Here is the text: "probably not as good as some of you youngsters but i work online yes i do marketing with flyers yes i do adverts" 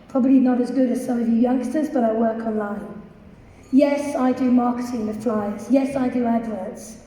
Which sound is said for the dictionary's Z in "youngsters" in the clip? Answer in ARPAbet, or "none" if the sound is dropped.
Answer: Z